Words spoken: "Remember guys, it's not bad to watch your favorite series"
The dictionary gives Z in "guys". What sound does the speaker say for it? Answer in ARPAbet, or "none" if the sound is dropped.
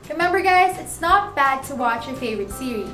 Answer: Z